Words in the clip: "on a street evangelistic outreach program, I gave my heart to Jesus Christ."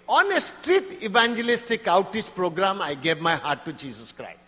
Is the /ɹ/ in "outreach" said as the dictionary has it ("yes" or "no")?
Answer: no